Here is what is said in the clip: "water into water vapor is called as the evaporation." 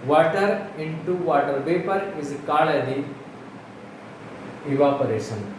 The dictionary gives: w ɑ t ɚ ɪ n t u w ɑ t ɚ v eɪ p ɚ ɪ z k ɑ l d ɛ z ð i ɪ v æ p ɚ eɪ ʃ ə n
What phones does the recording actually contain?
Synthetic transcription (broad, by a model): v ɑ t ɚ ɪ n t u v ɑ t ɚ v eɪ p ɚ ɪ z k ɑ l ɛ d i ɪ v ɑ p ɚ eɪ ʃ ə n